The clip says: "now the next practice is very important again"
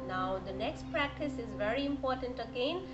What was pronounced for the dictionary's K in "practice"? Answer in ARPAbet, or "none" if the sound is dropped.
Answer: K